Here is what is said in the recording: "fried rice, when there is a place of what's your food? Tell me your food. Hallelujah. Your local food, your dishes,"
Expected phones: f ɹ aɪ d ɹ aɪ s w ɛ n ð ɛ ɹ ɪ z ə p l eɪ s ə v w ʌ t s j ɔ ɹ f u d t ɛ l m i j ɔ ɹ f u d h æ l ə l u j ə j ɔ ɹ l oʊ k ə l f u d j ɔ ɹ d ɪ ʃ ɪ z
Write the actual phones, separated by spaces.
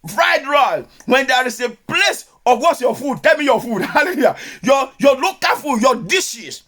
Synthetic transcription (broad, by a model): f ɹ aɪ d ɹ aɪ w ɛ n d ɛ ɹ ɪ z ə p l eɪ s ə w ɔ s j ɔ f u d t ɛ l m i j ɔ f u d h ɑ l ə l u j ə j ɔ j l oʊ k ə f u j ɔ d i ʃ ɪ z